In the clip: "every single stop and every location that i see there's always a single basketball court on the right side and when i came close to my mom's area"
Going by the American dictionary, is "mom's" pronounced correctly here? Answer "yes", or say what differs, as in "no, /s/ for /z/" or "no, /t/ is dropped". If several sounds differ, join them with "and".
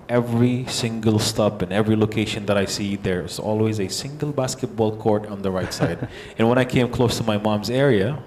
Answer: yes